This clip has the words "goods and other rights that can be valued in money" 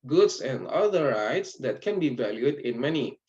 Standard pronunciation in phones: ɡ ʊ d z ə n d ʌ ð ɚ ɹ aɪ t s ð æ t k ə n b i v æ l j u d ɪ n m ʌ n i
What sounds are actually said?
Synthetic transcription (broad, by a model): ɡ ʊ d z ə n d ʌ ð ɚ ɹ aɪ t s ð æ t k ə n b i v æ l j u d ɪ n m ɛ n i